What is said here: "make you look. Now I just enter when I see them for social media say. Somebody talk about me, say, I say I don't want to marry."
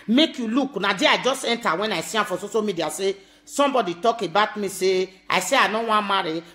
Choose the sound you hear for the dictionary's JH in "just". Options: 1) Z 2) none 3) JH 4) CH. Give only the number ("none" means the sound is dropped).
3